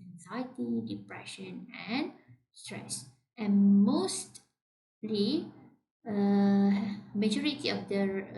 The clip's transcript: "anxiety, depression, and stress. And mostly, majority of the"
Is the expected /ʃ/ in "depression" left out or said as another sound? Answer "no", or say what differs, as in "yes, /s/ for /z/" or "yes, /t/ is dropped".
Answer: no